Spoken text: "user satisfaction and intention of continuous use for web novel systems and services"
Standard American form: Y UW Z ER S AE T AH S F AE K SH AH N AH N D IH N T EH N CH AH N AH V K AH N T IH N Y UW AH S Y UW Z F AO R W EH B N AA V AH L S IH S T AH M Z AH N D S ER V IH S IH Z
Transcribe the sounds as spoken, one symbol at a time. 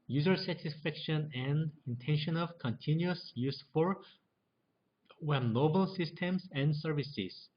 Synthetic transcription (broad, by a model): Y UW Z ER S AE T AH S F AE K SH AH N AH N D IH N T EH N SH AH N AH V K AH N T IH N Y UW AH S Y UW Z F AO R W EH N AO B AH L S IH S T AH M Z AH N D S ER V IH S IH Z